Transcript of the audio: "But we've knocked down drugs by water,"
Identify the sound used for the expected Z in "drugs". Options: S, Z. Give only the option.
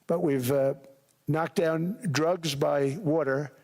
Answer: Z